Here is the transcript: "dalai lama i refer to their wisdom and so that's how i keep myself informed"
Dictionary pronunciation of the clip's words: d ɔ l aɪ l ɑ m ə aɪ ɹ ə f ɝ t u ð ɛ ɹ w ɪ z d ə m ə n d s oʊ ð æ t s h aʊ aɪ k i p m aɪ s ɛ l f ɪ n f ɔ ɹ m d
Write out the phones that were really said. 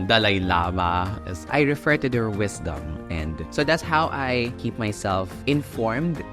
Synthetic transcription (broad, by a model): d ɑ l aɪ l ɑ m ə aɪ ɹ ə f ɝ t u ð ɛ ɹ w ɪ s d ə m ə n d s oʊ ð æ t s h aʊ aɪ k i p m aɪ s ɛ l f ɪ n f ɔ ɹ m d